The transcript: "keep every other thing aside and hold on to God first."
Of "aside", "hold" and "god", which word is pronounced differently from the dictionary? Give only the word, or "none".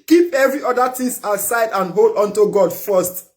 none